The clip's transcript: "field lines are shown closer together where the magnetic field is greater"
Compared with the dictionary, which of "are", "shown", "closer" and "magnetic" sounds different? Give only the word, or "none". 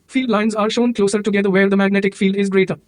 none